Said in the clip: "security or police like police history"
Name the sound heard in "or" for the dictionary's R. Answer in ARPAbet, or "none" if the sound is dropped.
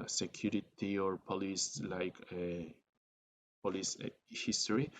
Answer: R